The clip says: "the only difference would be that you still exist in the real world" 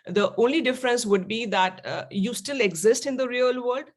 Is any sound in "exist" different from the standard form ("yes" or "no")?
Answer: no